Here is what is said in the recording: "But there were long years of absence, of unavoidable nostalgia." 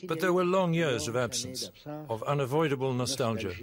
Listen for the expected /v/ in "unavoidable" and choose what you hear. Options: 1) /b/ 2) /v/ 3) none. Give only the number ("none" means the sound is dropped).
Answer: 2